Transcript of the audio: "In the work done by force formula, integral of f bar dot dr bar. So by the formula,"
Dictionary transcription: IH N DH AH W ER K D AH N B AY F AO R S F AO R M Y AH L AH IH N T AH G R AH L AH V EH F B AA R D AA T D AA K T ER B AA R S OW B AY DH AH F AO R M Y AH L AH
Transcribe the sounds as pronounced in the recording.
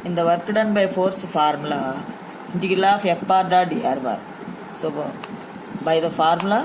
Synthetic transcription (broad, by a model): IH N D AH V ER K D AH N B AY F AO R S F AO R M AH L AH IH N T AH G AH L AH F EH F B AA R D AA D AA T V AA R S OW B AY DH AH F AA R M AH L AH